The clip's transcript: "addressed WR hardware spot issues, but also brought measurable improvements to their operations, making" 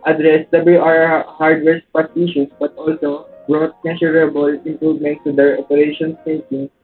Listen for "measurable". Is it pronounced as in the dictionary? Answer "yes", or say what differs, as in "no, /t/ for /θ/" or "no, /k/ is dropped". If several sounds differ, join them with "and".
no, /s/ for /ʒ/